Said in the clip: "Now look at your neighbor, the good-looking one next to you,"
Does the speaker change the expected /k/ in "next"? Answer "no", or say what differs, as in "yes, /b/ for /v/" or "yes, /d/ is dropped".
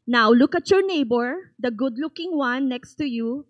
no